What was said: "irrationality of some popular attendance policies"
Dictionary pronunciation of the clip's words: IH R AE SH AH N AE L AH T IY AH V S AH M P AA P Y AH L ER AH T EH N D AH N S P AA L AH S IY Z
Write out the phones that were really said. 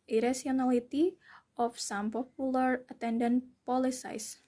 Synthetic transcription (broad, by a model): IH R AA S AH N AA L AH T IY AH F S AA M P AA P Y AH L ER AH T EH N D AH N P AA L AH S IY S